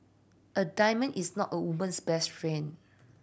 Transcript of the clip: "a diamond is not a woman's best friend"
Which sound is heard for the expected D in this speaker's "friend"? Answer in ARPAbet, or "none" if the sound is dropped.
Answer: none